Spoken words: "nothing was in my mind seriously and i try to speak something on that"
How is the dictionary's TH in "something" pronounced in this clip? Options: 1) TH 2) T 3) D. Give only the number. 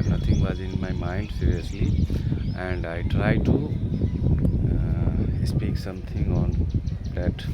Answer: 2